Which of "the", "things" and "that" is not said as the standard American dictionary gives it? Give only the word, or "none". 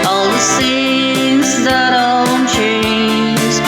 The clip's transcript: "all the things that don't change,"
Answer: things